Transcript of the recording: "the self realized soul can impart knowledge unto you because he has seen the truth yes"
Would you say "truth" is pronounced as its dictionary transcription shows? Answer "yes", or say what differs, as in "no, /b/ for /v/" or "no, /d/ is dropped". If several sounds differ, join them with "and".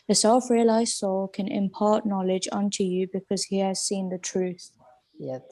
yes